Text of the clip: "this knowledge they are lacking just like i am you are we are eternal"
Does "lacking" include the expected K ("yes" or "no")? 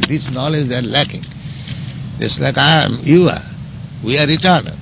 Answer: yes